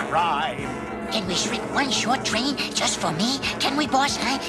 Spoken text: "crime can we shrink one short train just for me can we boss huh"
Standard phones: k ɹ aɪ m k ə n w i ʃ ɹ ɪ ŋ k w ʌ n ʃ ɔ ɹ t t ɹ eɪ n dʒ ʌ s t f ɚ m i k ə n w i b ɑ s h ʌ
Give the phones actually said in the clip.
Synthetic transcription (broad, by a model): ɹ aɪ k ə n w i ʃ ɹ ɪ k w ʌ n ʃ ɔ ɹ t t ɹ eɪ n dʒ ʌ s t f ɚ m i k ə n w i b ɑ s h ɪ